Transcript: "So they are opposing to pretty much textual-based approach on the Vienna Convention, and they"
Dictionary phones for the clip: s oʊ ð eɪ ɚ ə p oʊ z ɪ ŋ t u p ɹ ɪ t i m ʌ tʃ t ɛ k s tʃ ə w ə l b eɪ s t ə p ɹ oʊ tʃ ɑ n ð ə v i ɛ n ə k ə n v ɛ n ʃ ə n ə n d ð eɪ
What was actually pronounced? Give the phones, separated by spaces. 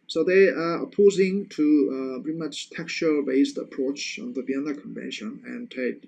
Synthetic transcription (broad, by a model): s oʊ ð eɪ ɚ ə p oʊ z ɪ ŋ t u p ɪ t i m ʌ tʃ t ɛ k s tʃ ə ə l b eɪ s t ə p ɹ oʊ tʃ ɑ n ð ə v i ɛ n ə k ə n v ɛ n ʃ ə n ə n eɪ